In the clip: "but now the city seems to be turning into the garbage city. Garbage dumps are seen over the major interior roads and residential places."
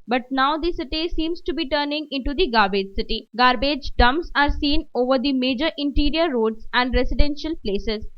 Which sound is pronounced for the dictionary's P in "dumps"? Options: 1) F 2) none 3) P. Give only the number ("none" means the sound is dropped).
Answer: 2